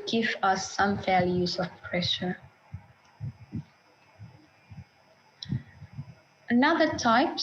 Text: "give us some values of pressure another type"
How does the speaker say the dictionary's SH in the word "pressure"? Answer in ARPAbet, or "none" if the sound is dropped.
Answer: SH